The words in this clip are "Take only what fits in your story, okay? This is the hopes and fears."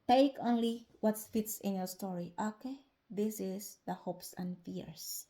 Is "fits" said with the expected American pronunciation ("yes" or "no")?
yes